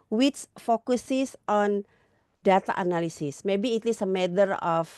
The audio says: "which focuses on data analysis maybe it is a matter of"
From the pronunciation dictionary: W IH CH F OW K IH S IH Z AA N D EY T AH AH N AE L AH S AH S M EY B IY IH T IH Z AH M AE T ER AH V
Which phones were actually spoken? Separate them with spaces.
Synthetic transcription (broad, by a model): W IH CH F OW K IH S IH S AA N D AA T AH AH N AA L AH S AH S M EY B IY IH T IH S AH M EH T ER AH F